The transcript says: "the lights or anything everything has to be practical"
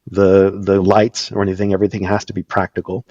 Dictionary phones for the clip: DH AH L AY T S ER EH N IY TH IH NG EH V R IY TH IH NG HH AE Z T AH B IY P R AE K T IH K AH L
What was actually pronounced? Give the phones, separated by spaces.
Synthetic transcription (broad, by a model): DH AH L AY T S ER EH N IY TH IH NG EH V R IY TH IH NG HH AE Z T AH B IY P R AE K T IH K L